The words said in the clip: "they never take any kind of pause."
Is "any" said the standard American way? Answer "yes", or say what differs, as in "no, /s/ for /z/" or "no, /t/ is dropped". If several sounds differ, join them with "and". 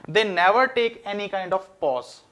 yes